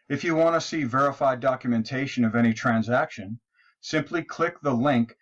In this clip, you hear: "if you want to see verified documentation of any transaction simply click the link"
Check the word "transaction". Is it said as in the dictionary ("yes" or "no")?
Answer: yes